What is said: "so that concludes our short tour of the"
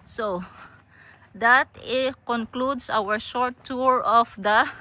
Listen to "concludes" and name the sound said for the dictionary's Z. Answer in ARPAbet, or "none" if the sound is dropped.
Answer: S